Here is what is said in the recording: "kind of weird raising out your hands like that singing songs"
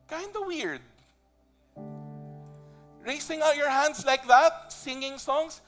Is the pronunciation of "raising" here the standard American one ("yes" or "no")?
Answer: no